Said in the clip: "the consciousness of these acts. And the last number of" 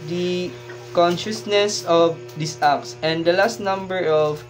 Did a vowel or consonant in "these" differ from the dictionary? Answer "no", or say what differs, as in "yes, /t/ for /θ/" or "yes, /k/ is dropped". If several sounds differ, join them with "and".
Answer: yes, /s/ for /z/